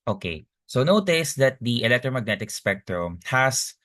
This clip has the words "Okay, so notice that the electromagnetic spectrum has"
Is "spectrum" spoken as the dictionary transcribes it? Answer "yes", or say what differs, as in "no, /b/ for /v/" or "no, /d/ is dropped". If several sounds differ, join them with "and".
yes